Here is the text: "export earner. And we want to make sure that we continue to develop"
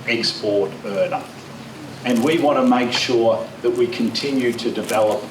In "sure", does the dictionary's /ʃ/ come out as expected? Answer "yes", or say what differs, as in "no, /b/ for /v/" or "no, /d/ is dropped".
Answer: yes